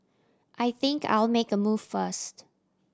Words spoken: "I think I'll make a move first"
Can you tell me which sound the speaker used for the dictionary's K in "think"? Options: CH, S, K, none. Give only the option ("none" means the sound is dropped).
K